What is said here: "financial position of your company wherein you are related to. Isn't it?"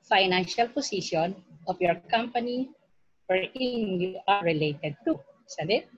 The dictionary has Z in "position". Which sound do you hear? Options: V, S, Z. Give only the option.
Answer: S